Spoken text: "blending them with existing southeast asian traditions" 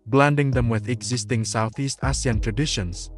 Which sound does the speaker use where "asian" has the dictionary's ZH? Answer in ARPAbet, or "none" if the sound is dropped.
S